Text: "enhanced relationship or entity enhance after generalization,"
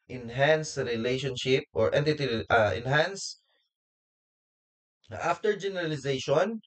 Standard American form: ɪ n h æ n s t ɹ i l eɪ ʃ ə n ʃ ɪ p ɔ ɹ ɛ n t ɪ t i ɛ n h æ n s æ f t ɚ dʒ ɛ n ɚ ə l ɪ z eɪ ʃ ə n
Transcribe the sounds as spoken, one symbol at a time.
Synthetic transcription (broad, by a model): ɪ n h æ n s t ɹ i l eɪ ʃ ə n ʃ ɪ p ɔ ɹ ɛ n t ɪ t i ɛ n h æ n s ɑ f t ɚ dʒ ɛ n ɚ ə l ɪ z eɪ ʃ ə n